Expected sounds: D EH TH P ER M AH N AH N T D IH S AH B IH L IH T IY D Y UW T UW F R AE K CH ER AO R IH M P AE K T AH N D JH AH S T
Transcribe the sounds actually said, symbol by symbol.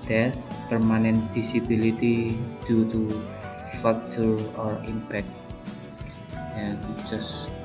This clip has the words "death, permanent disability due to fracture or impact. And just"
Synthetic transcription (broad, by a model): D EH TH P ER M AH N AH N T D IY S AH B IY L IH T IY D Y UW T UW F AA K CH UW AO R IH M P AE K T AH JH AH S